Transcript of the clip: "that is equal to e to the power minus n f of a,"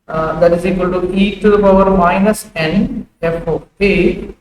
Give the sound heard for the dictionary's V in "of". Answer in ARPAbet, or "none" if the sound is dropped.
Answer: P